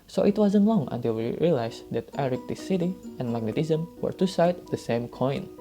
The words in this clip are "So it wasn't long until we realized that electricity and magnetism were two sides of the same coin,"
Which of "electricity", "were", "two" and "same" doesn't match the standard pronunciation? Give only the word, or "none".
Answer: electricity